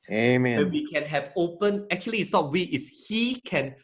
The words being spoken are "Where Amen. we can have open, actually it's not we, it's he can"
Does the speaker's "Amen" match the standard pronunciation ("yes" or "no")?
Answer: no